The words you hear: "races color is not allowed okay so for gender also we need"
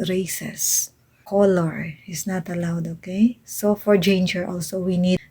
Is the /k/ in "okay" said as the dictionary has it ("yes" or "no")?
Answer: yes